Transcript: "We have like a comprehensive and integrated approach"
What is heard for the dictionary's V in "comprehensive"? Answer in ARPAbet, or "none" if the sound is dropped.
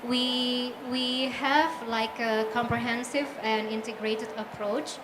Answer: V